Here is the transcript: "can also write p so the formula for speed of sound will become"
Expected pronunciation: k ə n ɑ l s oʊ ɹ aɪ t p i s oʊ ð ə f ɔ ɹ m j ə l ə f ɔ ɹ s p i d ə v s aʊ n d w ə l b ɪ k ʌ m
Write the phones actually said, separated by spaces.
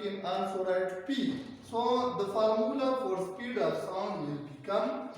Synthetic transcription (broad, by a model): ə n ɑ n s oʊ ɹ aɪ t p i s oʊ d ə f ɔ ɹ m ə l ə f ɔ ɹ s p i d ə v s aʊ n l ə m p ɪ k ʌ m